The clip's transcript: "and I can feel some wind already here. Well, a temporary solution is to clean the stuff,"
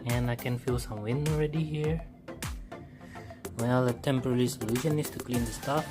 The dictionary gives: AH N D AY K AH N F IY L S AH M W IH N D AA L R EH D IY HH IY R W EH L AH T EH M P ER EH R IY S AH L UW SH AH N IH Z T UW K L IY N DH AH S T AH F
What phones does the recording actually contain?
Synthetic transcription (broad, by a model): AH N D AY K AH N F IY L S AH M W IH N AA L R EH D IY HH IY R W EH L AH T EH M P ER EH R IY S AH L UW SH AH N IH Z T UW K L IY N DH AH S T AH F